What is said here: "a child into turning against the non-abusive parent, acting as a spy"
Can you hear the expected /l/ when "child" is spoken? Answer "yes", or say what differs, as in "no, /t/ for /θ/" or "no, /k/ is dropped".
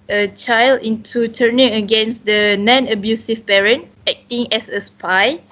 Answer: yes